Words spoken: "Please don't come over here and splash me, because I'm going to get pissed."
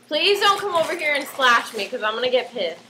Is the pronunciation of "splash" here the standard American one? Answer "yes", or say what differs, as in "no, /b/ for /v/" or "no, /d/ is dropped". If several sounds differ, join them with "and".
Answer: no, /p/ is dropped